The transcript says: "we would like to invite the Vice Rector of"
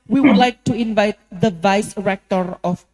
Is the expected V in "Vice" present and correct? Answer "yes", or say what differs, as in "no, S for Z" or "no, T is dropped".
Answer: yes